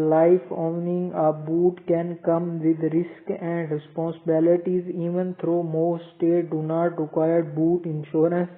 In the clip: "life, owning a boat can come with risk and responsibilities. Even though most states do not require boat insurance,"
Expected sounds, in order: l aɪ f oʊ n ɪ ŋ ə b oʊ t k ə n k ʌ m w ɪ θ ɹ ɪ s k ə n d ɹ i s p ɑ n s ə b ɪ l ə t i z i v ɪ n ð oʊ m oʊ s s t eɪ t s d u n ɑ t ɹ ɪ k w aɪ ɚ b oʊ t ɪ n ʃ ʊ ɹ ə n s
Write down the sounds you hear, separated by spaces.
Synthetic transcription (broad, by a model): l aɪ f oʊ n ɪ ŋ ə b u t k ə n k ʌ m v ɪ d ɹ ɪ s k ə n d ɹ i s p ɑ n s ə b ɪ l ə t i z i v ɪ n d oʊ m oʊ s s t eɪ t d u n ɑ t ɹ ɪ k w aɪ ɚ b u t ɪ n ʃ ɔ ɹ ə n s